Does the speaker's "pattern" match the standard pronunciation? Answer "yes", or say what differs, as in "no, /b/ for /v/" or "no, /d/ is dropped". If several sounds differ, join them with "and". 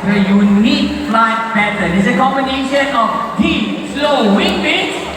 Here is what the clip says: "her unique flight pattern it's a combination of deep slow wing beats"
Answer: no, /b/ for /p/ and /n/ is dropped